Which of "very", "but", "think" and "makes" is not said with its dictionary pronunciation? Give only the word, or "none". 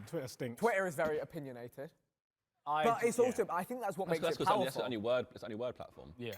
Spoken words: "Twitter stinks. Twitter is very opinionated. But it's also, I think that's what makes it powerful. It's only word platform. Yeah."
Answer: none